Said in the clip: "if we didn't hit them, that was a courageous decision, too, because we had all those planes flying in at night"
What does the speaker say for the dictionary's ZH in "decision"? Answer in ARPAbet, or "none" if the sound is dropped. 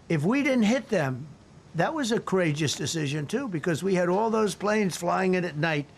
ZH